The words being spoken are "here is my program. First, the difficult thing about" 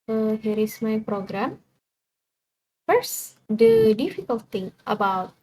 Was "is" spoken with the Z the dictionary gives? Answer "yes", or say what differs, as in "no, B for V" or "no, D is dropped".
no, S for Z